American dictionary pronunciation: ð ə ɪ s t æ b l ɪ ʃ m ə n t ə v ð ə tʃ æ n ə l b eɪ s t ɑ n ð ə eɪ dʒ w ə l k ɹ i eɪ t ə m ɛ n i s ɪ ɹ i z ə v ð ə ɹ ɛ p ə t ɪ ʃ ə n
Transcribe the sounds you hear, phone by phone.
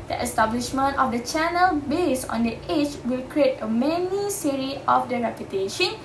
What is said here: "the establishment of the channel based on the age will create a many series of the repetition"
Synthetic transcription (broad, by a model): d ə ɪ s t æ b l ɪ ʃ m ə n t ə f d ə tʃ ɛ n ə l b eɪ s ɑ n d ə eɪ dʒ w ə l k ɹ i eɪ t ə m ɛ n i s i ɹ i ə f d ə ɹ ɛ p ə t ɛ ʃ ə n